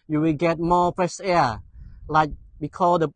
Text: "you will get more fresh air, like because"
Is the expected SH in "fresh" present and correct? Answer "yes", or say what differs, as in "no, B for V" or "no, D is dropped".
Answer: no, S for SH